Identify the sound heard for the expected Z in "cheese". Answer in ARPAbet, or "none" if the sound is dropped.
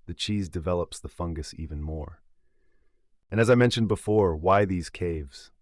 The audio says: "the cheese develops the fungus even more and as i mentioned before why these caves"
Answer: Z